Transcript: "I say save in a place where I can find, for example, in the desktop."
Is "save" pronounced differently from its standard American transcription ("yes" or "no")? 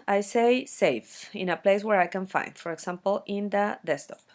yes